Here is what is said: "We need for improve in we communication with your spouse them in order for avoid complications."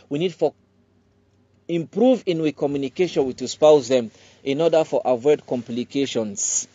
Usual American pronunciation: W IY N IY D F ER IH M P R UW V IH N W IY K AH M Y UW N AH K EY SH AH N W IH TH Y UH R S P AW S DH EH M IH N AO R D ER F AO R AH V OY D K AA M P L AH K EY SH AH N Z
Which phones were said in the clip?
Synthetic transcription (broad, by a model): W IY N IY D F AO IH M P R UW V IH N W IY K AH M Y UW N AH K EY SH AH N W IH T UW S P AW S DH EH M IH N AO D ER F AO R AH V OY D K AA M P L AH K EY SH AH N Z